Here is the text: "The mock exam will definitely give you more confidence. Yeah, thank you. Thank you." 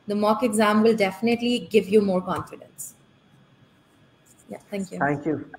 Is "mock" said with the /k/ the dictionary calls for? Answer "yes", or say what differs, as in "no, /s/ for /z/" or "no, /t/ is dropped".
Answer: yes